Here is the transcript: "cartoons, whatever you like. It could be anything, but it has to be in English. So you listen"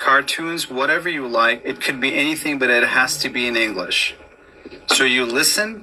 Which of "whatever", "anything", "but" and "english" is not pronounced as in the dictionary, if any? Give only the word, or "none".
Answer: none